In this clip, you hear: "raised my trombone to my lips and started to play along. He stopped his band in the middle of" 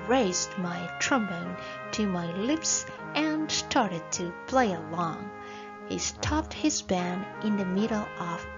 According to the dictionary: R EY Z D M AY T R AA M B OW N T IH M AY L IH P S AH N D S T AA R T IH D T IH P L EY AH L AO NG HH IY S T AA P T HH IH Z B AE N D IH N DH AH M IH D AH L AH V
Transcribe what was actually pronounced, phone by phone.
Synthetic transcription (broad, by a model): R EY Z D M AY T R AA M B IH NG T IH M AY L IH P S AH N S T AA R T IH D T IH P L EY AH L AO NG HH IY S T AA P T HH IH Z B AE N IH N DH AH M IH D L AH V